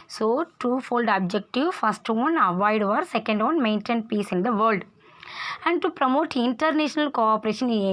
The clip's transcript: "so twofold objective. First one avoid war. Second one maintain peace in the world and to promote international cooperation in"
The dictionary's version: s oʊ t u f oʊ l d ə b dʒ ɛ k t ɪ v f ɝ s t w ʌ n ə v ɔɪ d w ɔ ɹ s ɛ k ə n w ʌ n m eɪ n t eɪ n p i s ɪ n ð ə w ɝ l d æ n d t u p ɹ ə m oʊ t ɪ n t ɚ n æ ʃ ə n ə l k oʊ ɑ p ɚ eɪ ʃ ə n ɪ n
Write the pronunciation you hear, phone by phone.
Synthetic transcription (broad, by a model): s oʊ t u f oʊ l d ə b dʒ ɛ k t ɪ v f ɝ s t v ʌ n ə v ɔɪ d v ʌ ɹ s ɛ k ə n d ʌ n m eɪ n t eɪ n p i s ɪ n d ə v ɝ l d æ n d t u p ɹ ə m oʊ t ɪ n t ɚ n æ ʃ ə n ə l k oʊ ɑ p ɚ eɪ ʃ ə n n